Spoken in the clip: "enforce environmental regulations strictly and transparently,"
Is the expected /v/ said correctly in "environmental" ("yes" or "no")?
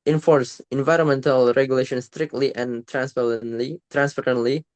yes